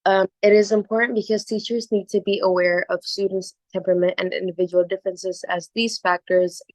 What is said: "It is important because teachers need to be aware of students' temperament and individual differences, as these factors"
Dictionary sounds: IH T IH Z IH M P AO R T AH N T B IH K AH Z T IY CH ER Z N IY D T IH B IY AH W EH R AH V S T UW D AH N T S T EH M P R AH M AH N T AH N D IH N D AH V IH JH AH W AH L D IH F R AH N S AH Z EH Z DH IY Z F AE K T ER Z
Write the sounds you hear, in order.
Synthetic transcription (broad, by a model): IH T IH Z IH M P AO R T N B IH K AH Z T IY CH ER Z N IY D T IH B IY AH W EH R AH V S T UW D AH N T S T EH M P R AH M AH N T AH N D IH N D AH V IH JH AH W L D IH F R AH N S AH Z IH Z DH IY Z F AE K T ER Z